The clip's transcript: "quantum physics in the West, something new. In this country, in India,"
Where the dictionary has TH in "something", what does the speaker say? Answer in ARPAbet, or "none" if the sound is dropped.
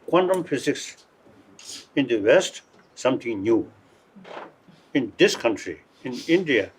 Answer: T